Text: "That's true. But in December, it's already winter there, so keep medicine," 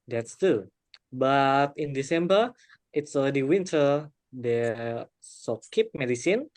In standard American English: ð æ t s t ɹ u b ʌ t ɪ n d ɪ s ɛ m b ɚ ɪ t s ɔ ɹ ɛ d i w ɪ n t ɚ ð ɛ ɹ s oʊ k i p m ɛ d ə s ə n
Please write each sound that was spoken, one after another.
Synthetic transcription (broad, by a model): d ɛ t s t u b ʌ t ɪ n d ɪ s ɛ m b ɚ ɪ t s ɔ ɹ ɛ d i w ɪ n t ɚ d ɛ s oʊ k i p m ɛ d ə s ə n